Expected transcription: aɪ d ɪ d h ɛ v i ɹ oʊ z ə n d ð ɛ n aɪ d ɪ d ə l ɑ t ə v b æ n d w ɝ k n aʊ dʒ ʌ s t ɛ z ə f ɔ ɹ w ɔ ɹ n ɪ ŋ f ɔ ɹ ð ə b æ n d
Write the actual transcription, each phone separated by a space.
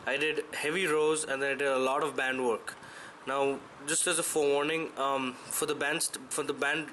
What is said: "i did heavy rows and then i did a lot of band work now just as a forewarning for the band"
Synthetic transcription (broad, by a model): aɪ d ɪ d h ɛ v i ɹ oʊ z ə n d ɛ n aɪ d ɪ d ə l ɑ t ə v b æ n d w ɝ k n aʊ dʒ ʌ s t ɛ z ə f ɔ ɹ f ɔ ɹ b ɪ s f ɔ ɹ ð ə b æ n d